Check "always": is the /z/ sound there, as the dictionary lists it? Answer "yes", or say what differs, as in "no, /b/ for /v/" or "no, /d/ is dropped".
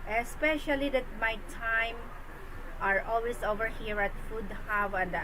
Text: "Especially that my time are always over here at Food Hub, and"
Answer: no, /s/ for /z/